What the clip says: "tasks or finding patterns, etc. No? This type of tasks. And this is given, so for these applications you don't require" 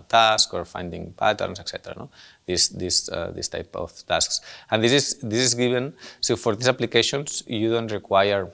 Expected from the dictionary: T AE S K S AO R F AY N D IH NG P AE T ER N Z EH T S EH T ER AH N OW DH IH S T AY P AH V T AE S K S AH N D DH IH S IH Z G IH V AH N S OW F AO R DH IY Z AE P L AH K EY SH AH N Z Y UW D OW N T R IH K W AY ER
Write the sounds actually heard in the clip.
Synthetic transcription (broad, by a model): T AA S K AO R F AY N D IH NG P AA T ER N S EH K S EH T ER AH N OW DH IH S T AY P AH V T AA S K S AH N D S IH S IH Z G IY B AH N S OW F AO R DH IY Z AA P L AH K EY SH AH N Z Y UW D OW N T R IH K W AY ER